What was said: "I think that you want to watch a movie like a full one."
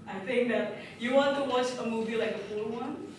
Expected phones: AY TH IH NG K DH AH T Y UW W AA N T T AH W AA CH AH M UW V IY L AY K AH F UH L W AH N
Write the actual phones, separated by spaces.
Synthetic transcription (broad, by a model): AY TH IH NG K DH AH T Y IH W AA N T T AH W AA CH AH M UW V IY L AY K AH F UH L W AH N